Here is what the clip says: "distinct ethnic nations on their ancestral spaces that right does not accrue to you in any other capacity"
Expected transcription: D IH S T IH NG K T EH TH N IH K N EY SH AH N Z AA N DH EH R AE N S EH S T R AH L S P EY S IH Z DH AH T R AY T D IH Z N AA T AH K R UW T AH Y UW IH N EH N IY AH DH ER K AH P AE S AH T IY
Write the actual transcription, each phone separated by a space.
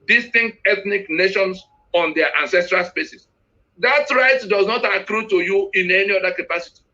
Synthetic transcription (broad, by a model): D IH S T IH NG K T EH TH N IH K N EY SH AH N S AA N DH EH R AE N S EH S T R AH L S P EY S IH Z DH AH T R AY T D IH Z N AA T AH K R UW T AH Y UW IH N EH N IY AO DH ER K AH P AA S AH T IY